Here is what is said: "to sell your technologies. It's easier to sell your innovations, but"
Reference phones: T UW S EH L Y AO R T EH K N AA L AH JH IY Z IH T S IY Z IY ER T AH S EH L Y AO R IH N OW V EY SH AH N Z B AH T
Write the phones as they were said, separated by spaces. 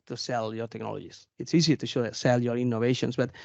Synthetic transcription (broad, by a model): T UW S EH L Y AO R T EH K N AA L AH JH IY S IH T S IY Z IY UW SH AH S EH L Y AO R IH N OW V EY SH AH N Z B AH T